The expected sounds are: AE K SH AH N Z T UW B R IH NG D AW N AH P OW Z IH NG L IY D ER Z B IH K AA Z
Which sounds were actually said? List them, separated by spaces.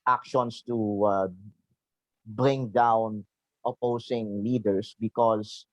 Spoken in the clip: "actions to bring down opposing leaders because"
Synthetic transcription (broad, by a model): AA K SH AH N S T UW B R IH NG D AW N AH P OW S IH NG L IY D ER S B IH K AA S